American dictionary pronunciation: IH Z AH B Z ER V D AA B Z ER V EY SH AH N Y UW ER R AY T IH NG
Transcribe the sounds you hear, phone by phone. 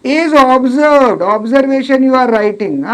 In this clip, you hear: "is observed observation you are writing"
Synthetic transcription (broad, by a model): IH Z AH B Z ER V D AA B Z ER V EY SH AH N Y UW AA R AY T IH NG